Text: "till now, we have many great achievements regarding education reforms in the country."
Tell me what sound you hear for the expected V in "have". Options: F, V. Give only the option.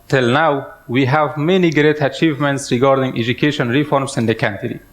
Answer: V